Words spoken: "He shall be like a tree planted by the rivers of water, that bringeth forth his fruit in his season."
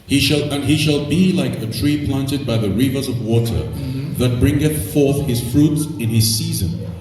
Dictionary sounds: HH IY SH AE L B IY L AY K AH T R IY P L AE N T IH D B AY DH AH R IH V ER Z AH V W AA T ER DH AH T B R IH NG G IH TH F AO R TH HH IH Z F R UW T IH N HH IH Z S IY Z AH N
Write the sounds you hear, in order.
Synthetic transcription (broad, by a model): HH IY SH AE L B IY L AY K AH T R IY P L AE N T IH D B AY DH AH R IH V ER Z AH V W AA T ER DH AH T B R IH NG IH TH F AO R TH HH IH Z F R UW T IH N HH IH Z S IY Z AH N